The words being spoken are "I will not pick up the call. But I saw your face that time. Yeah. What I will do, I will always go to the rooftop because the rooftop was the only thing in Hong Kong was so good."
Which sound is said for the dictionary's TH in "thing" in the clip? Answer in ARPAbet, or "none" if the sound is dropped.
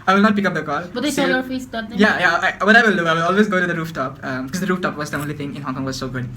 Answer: T